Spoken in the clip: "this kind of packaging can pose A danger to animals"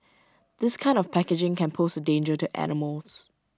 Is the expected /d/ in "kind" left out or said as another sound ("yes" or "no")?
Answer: no